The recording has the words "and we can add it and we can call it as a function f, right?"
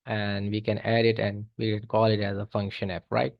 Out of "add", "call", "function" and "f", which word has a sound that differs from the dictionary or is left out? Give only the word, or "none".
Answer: f